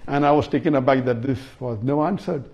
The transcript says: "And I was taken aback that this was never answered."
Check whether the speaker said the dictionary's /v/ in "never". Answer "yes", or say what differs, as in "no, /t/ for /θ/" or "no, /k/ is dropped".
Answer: no, /v/ is dropped